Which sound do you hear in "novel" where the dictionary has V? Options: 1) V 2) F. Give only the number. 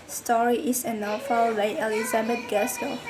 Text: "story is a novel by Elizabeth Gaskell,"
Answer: 2